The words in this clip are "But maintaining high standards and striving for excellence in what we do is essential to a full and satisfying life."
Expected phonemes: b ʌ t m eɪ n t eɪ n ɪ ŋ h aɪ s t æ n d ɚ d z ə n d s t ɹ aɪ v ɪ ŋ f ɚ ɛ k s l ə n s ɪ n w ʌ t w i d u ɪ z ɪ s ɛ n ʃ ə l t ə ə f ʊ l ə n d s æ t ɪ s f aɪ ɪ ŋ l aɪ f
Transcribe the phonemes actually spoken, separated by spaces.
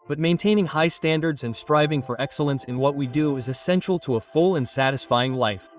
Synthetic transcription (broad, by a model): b ʌ t m eɪ n t eɪ n ɪ ŋ h aɪ s t æ n d ɚ d z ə n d s t ɹ aɪ v ɪ ŋ f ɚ ɛ k s l ə n s ɪ n w ʌ t w i d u ɪ z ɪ s ɛ n ʃ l t ə ə f ʊ l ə n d s æ t ɪ s f aɪ ɪ ŋ l aɪ f